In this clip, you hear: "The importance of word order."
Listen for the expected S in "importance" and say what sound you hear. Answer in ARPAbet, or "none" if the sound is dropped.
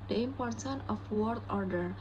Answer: none